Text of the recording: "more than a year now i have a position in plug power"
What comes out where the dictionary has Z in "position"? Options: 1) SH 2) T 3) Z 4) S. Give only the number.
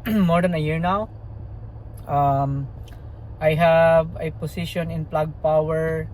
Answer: 4